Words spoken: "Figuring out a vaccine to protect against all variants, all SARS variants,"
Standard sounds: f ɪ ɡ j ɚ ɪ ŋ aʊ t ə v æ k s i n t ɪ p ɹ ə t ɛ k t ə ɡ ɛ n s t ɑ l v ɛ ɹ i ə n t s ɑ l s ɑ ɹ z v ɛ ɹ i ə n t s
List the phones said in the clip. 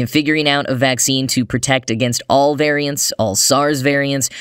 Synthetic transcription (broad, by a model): f ɪ ɡ j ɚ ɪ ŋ aʊ t ə v æ k s i n t ɪ p ɹ ə t ɛ k t ə ɡ ɛ n s t ɑ l v ɛ ɹ i ə n t s ɑ l s ɑ ɹ z v ɛ ɹ i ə n t s